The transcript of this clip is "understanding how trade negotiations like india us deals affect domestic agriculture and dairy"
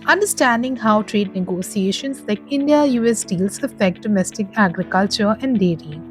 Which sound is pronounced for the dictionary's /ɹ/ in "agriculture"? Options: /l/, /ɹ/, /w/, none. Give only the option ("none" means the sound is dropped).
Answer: /ɹ/